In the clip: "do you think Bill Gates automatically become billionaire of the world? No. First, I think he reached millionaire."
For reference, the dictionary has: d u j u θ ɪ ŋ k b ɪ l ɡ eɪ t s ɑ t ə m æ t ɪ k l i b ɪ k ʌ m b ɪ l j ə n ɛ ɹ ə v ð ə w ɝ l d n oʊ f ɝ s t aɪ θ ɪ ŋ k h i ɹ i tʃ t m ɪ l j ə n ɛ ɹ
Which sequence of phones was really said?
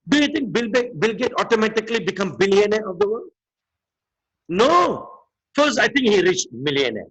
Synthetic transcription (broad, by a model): d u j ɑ t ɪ ŋ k b ɪ l ɡ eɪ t ɑ t ə m æ t ɪ k l i b ɪ k ʌ m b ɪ l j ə n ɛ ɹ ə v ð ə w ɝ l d n oʊ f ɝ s aɪ t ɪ ŋ k h i ɹ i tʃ m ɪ l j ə n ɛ